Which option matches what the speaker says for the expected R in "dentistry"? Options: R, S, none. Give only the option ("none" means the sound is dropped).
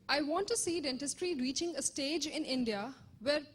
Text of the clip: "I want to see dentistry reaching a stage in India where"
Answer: R